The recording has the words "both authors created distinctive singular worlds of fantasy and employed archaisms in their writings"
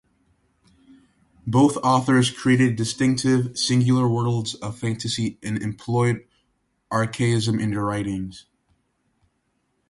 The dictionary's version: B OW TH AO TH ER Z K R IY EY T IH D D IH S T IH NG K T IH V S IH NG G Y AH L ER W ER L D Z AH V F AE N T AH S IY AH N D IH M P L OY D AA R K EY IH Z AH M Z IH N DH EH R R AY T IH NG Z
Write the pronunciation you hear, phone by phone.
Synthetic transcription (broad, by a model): B OW TH AO TH ER Z K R IY EY T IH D D IH S T IH NG K T IH V S IH NG G Y L ER W ER L D Z AH V F AE N T AH S IY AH N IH M P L OY D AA R K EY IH Z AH M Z IH N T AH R R AY T IH NG Z